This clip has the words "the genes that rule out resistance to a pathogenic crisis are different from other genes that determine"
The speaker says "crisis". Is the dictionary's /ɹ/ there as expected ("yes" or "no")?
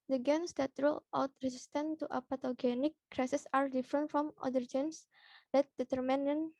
yes